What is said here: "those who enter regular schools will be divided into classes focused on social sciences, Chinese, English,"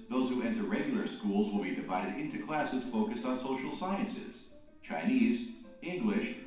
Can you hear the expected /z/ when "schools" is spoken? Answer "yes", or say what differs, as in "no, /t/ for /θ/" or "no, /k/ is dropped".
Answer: yes